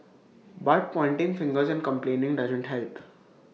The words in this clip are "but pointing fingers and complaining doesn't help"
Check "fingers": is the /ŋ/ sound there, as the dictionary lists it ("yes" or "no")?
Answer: yes